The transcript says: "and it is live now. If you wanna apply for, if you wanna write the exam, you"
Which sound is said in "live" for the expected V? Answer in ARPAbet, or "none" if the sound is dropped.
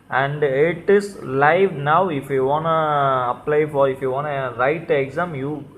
V